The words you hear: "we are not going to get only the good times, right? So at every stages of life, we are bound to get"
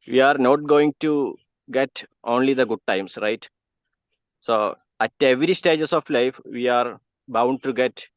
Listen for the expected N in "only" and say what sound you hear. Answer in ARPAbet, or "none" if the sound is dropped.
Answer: N